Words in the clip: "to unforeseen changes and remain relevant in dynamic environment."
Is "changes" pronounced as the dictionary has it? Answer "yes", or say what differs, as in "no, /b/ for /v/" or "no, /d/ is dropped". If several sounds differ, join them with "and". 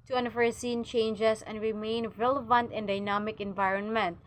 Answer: no, /s/ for /z/